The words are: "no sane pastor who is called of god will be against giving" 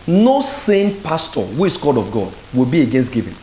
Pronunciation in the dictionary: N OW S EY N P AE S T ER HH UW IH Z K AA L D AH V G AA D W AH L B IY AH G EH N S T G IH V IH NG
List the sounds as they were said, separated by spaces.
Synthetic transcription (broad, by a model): N OW S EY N P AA S T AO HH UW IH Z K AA D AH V G AA D W AH L B IY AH G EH N S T G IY V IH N